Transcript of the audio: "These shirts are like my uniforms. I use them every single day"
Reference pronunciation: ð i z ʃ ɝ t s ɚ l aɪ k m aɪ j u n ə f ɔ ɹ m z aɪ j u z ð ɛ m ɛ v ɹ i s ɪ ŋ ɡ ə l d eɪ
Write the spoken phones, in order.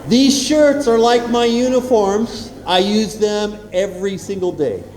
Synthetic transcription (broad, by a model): ð i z ʃ ɝ t s ɚ l aɪ k m aɪ j u n ə f ɔ ɹ m z aɪ j u z ð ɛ m ɛ v ɹ i s ɪ ŋ ɡ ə l d eɪ